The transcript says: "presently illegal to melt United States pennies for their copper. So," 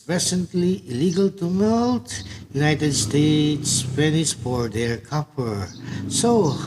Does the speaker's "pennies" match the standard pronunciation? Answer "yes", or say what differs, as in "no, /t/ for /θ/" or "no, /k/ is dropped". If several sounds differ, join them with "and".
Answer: no, /f/ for /p/